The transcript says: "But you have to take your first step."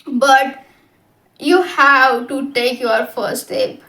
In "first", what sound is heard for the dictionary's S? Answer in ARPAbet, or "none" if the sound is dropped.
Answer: none